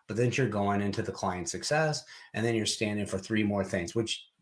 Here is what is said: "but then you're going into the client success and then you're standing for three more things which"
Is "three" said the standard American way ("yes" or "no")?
yes